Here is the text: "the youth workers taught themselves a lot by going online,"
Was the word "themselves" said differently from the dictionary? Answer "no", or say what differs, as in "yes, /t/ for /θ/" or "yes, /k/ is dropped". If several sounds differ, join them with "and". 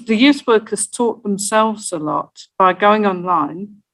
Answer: no